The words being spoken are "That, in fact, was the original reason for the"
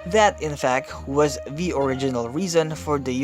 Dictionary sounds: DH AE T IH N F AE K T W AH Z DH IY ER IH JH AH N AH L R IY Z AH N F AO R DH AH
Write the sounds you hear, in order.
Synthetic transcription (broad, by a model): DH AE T IH N F AE K T W AH Z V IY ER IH JH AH N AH L R IY Z AH N F AO R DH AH